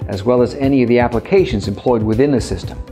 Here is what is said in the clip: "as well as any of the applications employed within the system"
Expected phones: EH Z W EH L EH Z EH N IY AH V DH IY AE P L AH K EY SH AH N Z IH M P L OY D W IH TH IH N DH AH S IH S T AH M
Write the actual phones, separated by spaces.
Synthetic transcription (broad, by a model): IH Z W EH L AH Z EH N IY AH V DH IY AE P L AH K EY SH AH N Z IH M P L OY D W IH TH IH N DH AH S IH S T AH M